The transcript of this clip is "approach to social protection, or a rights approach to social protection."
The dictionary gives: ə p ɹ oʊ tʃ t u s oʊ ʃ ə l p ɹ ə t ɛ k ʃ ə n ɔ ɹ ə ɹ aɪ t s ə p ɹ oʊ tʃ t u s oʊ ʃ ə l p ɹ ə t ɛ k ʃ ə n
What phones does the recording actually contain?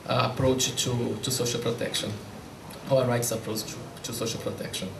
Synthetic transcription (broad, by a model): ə p ɹ oʊ tʃ t u s oʊ ʃ ə l p ɹ ə t ɛ k ʃ ə n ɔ w ə ɹ aɪ t s ə p ɹ oʊ tʃ t u s oʊ ʃ ə l p ɹ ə t ɛ k ʃ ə n